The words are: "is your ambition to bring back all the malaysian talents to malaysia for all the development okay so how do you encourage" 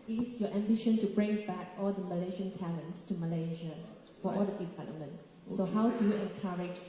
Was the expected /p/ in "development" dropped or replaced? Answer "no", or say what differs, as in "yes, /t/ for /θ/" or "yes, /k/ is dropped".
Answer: yes, /p/ is dropped